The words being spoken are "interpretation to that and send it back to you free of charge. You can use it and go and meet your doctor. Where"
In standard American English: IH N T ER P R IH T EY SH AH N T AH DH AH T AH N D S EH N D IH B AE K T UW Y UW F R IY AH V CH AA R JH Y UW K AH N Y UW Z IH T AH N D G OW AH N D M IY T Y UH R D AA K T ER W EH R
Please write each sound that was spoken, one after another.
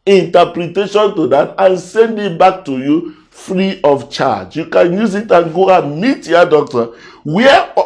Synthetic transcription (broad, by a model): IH N T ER P R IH T EY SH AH N T AH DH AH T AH N S EH N D IH B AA K T UW Y UW F R IY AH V CH AA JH Y UW K AH N Y UW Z IH T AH N G OW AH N M IY T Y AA D AA K T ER W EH